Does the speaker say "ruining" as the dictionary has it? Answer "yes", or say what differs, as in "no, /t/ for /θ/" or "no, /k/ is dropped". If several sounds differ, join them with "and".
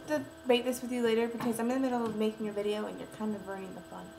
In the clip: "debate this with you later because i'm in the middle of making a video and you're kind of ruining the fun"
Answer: no, /n/ is dropped